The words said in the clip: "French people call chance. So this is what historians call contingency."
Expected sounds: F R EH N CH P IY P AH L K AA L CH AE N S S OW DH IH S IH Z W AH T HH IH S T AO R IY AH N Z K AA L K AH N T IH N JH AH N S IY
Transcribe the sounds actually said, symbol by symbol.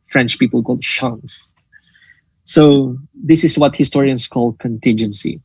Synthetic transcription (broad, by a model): F R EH N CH P IY P AH L K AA L SH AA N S S OW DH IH S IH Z W AH T HH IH S T AO R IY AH N S K AA L K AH N T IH N JH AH N S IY